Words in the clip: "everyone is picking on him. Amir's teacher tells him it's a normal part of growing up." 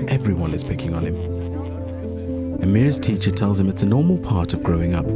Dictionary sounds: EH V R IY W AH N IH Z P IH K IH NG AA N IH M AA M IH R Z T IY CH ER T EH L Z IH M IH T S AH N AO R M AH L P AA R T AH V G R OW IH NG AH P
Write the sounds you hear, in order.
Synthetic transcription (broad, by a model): EH V R IY W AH N IH Z P IH K IH NG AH N IH M AA M IH R Z T IY CH ER T EH L Z IH M IH T S AH N AO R M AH L P AA R T AH V G R OW IH NG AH P